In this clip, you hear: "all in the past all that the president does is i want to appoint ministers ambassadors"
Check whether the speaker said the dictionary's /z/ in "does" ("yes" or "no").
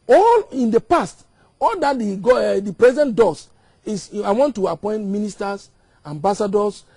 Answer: no